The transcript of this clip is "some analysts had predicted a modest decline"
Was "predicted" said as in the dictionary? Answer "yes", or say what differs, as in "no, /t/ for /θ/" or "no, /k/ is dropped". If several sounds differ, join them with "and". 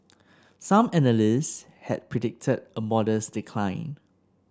yes